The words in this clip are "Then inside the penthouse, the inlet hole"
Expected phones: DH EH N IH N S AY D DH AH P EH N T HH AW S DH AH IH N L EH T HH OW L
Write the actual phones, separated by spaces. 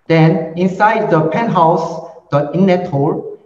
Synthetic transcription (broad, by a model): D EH N IH N S AY D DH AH P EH N HH AW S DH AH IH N N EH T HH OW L